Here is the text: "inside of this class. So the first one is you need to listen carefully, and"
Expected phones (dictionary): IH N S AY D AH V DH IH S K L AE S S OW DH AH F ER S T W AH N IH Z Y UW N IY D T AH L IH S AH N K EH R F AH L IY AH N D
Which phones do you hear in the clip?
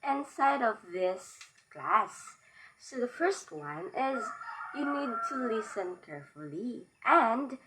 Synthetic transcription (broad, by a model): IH N S AY D AH V DH IH S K L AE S S OW DH AH F ER S T W AH N IH Z Y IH N IY D T AH L IH S AH N K EH R F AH L IY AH N D